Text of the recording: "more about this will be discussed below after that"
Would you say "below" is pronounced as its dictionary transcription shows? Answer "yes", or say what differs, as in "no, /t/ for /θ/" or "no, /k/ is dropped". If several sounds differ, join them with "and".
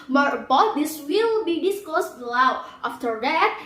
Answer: no, /w/ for /l/